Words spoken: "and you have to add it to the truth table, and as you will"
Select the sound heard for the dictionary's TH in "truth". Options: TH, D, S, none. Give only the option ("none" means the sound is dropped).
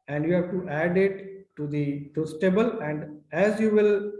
S